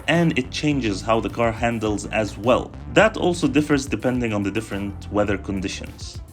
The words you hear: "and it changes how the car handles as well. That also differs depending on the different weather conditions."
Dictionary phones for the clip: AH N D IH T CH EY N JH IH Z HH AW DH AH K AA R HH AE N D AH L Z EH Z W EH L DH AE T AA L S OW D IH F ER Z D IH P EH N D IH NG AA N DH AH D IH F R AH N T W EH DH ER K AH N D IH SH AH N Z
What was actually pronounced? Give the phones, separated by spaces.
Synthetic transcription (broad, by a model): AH N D IH T CH EY N JH IH Z HH AW DH AH K AA R HH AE N D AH L Z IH Z W EH L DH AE T AA L S OW D IH F ER Z D IH P EH N D IH NG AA N DH AH D IH F R AH N T W EH DH ER K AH N D IH SH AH N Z